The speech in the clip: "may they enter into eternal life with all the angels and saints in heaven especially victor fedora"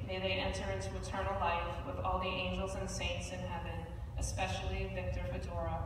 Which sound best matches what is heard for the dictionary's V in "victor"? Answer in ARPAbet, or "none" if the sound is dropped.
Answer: V